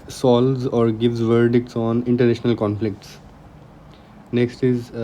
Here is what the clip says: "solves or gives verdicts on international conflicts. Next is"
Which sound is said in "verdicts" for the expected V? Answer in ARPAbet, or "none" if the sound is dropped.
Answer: V